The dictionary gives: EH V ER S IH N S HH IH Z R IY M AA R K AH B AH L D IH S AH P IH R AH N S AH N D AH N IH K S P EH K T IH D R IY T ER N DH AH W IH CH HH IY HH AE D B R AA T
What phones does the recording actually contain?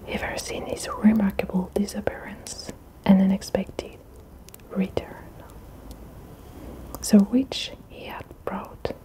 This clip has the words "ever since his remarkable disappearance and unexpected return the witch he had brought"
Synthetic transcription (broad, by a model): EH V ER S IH N HH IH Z R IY M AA R K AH B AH L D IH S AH P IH R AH N S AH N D AH N IH K S P EH K T IH D R IY T ER N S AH W IH CH HH IY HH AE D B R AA T